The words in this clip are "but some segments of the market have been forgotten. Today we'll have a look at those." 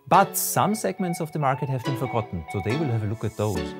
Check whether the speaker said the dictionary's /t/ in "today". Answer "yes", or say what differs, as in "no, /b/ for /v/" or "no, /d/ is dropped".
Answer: no, /s/ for /t/